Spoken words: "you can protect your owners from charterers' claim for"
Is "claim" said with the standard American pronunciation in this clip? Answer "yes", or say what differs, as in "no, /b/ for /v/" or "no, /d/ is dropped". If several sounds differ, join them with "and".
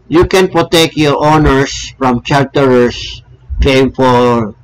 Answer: no, /l/ is dropped